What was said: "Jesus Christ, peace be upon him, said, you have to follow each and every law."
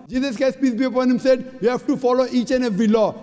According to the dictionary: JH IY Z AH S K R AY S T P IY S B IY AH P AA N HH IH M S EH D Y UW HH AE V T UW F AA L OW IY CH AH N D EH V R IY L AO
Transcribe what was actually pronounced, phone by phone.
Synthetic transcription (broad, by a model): JH IY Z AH S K AY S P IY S B IY AH P AA N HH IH M S EH D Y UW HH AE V T UW F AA L OW IY CH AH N EH V R IY L AO